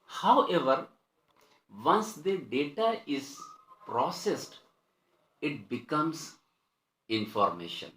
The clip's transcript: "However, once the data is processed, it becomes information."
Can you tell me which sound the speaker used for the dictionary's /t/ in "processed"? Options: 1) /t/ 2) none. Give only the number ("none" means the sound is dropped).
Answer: 1